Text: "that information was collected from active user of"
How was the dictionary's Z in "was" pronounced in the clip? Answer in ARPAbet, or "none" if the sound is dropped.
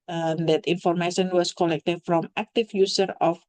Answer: S